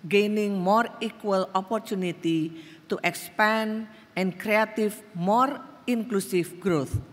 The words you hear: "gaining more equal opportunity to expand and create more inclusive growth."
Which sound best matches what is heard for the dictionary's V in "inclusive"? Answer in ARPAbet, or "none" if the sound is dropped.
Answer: F